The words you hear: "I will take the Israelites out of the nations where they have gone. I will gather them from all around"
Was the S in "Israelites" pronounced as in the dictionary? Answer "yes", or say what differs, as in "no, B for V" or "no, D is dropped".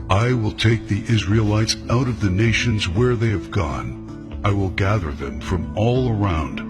yes